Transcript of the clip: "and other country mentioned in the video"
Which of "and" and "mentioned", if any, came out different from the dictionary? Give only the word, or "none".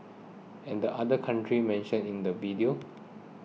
mentioned